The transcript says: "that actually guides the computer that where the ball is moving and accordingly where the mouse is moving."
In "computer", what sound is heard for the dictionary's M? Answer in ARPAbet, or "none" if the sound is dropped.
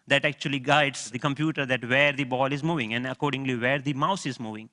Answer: M